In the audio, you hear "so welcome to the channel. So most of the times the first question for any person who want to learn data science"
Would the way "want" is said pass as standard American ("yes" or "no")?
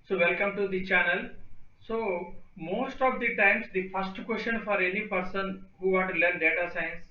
no